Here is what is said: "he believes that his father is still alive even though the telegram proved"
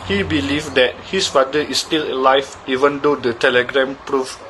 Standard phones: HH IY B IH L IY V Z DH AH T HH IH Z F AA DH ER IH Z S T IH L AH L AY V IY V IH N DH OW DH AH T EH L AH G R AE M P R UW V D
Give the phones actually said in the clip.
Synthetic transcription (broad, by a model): HH IY B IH L IY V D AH T HH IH S F AA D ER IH S T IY L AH L AY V IY V IH N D OW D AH T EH L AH G R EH M P R UW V